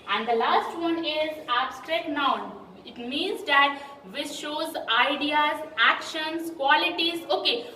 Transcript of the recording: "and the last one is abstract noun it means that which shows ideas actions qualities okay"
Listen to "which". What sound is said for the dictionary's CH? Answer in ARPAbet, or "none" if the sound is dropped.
S